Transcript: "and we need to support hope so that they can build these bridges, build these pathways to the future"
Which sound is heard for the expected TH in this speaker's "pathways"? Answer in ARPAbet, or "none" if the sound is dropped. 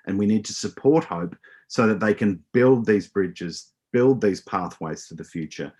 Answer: TH